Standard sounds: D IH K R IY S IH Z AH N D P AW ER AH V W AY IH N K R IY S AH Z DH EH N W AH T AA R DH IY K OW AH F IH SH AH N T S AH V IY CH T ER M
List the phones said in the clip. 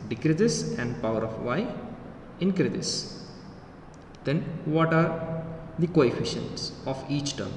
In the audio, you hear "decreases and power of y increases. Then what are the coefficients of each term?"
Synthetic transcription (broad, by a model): D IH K R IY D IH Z AH N D P AW ER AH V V AY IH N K R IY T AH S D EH N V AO T AA R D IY K OW AH F IH SH AH N T S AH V IY CH T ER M